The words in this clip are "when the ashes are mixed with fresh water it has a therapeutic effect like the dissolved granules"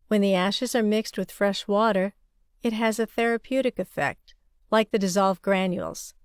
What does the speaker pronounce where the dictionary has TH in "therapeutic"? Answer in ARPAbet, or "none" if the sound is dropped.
TH